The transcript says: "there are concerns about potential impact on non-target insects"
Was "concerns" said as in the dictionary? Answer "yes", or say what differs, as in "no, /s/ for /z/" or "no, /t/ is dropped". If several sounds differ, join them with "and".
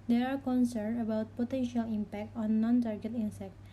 no, /z/ is dropped